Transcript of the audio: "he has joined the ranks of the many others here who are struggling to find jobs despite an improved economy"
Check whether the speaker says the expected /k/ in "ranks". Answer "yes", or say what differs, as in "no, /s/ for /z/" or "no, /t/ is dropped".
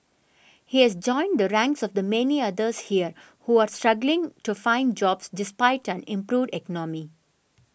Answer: yes